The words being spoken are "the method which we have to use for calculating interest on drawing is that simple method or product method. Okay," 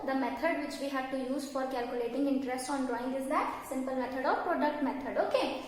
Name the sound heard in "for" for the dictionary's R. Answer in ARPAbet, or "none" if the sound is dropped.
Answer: R